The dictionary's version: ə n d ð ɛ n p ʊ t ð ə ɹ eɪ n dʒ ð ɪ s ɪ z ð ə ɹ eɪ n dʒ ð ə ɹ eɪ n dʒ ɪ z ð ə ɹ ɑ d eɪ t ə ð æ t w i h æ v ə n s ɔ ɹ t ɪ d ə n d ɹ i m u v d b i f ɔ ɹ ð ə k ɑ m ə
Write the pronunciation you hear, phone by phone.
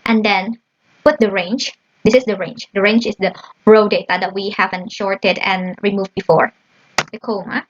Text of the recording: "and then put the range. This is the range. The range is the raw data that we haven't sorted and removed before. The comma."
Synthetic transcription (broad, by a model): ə n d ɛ n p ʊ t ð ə ɹ eɪ n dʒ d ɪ s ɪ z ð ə ɹ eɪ n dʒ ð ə ɹ eɪ n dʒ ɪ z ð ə ɹ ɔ d eɪ t ə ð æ t w i h æ v ə n ʃ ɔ ɹ t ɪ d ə n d ɹ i m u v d b i f ɔ ɹ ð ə k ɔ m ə